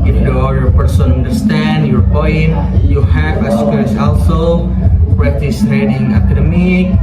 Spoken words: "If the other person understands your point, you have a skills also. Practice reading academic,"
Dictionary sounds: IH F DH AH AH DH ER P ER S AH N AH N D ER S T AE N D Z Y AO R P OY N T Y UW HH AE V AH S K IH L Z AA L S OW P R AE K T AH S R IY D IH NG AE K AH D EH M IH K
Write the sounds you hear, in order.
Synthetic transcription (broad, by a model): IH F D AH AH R P ER S AH N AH N D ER S T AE N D Y AO R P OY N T Y UW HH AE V AH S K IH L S AA L S OW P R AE T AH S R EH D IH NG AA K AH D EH M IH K